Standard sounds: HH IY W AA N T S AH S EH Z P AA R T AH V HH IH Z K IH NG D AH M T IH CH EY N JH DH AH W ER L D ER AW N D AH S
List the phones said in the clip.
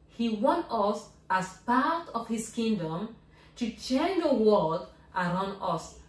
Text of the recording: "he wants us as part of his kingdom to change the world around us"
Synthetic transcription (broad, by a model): HH IY W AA N T AH S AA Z P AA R T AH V HH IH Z K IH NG D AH M T IH CH EY N JH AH W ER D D ER AW N D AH S